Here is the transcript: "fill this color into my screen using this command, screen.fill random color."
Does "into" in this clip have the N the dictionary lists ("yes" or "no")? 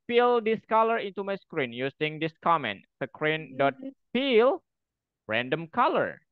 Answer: yes